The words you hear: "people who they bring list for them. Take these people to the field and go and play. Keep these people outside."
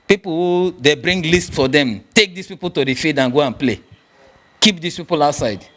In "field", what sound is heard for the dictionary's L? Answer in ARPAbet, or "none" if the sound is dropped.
none